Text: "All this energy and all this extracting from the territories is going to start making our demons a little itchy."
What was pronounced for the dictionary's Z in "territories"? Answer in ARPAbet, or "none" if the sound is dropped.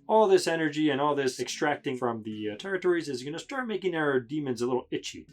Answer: Z